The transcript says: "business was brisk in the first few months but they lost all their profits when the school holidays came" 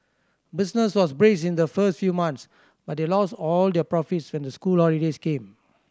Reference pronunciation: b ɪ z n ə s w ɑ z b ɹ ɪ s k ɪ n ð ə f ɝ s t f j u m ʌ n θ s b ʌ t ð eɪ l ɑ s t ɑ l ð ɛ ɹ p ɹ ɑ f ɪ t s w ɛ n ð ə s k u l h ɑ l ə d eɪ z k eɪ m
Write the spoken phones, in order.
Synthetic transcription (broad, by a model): b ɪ s n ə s w ɑ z b ɹ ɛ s ɪ n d ə f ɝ s t f j u m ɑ n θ s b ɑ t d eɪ l ɑ s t ɑ l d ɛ p ɹ ɑ f ɪ t s w ɛ n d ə s k u l h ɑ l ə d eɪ s k eɪ m